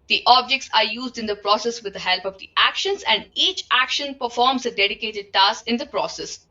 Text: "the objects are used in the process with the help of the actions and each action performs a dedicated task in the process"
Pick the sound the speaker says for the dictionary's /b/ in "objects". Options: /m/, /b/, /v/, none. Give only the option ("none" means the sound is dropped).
/b/